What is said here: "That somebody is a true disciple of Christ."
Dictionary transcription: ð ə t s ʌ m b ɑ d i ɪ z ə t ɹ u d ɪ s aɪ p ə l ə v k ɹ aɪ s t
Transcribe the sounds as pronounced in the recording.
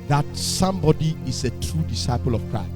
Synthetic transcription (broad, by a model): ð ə t s ʌ m b ɑ d i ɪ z ə t ɹ u d ɪ s aɪ p ə l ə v k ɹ aɪ s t